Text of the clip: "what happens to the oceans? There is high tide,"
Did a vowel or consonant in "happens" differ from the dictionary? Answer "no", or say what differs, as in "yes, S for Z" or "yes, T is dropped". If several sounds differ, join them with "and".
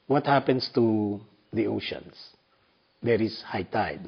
yes, S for Z